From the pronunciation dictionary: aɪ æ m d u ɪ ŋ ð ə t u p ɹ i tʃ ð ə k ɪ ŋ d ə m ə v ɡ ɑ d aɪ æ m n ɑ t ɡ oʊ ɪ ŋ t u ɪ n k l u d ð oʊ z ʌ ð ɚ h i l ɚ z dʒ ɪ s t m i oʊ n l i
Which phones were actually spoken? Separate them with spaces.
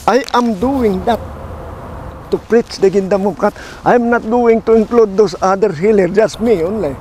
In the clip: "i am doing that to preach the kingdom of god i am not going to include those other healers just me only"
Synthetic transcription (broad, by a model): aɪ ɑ m d u ɪ ŋ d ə t u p ɹ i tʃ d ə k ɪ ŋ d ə m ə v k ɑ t aɪ m n ɑ t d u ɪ ŋ t u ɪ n k l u d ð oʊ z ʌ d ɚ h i l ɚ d dʒ ɪ s t m i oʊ n l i